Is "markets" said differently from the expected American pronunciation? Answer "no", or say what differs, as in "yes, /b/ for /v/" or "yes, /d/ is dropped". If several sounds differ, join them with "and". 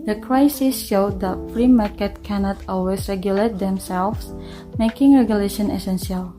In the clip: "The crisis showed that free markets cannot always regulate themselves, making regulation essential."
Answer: yes, /s/ is dropped